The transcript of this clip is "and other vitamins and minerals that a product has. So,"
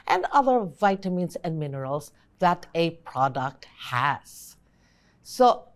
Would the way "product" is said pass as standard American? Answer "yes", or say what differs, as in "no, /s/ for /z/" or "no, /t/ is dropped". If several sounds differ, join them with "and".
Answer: yes